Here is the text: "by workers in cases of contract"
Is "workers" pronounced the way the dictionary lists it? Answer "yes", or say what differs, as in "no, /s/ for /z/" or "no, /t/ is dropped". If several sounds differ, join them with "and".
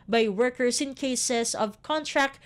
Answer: no, /s/ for /z/